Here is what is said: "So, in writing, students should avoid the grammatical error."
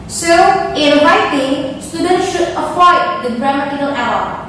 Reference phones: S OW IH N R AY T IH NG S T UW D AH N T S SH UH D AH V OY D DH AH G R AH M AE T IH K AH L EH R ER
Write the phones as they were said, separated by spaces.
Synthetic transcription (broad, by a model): S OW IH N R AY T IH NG S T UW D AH N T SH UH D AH P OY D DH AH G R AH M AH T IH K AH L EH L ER